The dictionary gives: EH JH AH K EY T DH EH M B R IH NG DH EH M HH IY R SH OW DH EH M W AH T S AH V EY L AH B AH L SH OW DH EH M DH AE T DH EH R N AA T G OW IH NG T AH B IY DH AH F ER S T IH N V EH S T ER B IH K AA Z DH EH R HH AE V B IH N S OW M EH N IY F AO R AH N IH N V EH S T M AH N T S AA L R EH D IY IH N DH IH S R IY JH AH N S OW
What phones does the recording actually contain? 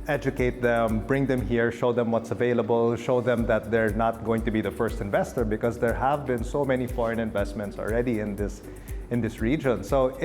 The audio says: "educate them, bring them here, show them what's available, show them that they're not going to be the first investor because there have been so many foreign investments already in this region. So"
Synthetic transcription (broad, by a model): EH JH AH K EY T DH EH M B R IH NG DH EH M HH IY R SH OW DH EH M W AH T S AH V EY L AH B AH L SH OW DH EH M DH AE T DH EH R N AA T G OW IH NG T AH B IY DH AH F ER S T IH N V EH S T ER B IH K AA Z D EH R HH AE V B IH N S OW M EH N IY F AO R AH N IH N V EH S T M AH N T S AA L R EH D IY IH N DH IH S R IY JH AH N S OW